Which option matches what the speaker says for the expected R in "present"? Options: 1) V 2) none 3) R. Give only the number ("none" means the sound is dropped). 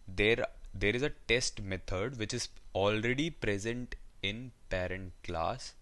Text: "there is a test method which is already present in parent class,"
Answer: 3